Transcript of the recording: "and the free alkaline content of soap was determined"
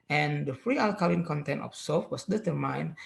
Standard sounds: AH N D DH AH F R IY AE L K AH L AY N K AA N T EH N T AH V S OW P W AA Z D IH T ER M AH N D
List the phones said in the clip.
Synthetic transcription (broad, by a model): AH N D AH F R IY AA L K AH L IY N K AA N T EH N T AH F S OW F W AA S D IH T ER M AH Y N